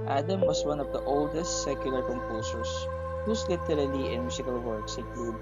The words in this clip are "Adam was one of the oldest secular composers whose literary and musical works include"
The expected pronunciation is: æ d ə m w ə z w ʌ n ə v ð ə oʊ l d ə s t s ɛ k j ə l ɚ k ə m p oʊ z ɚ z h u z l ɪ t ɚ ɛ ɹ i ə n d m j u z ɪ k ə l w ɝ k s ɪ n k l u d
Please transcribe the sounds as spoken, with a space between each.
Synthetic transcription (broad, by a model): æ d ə m w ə s w ʌ n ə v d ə oʊ l d ə s t s ɛ k j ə l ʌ k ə m p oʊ s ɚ s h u s l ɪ t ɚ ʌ l i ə n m j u s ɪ k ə l w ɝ k s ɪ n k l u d